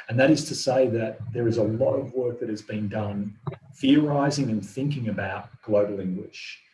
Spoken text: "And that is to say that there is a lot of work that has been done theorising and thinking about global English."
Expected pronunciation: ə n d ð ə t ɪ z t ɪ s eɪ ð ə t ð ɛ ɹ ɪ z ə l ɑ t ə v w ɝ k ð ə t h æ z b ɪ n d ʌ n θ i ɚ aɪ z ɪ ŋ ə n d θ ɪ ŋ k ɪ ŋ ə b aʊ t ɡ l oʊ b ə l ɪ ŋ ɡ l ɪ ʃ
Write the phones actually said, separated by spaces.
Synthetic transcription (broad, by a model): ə n ð ə t ɪ z t ɪ s eɪ ð ə t ð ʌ ɹ ɪ z ə l ɑ t ə v w ɝ k ð ə t h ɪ z b ɪ n d ʌ n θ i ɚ aɪ z ɪ ŋ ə n θ ɪ ŋ k ɪ ŋ ə b aʊ t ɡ l oʊ b l ɪ ŋ ɡ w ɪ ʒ